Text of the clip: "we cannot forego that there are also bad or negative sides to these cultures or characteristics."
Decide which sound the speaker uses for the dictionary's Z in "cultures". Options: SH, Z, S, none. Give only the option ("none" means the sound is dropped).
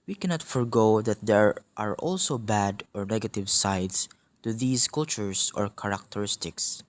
S